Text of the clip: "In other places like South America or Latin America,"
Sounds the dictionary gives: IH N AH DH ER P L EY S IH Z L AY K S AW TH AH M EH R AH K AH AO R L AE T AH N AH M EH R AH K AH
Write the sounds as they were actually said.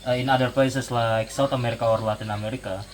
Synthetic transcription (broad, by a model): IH N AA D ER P L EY S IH S L AY K S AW T AH M EH R AH K AH AO R L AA T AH N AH M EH R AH K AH